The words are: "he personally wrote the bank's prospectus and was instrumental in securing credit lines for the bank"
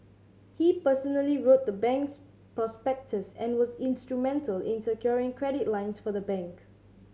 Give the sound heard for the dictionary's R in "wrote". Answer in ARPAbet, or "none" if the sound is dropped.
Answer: R